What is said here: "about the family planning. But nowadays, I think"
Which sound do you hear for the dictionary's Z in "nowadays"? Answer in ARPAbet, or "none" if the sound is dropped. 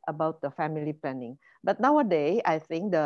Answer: none